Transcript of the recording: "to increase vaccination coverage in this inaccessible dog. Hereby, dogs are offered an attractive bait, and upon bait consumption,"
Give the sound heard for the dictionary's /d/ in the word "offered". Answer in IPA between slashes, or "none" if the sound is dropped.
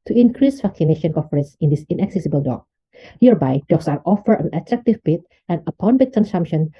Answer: none